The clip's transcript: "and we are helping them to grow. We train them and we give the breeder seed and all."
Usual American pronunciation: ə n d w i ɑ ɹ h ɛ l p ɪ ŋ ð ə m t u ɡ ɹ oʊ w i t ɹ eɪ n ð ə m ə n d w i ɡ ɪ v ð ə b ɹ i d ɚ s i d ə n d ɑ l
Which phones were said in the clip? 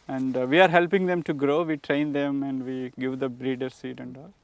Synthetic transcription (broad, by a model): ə n d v i ɑ ɹ h ɛ l p ɪ ŋ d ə m t u ɡ ɹ oʊ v i t ɹ eɪ n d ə m ə n d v i ɡ ɪ v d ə b ɹ i d ɚ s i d ə n d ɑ l